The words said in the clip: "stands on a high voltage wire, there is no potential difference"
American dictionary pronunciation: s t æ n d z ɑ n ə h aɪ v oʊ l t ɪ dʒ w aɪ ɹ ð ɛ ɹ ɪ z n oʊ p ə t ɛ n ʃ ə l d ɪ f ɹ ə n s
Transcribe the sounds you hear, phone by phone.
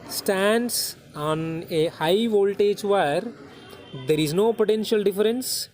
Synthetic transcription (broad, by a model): s t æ n d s ɑ n ə h aɪ v oʊ l t ɪ dʒ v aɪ ɹ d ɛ ɹ ɪ z n oʊ p ə t ɛ n ʃ ə l d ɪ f ɹ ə n s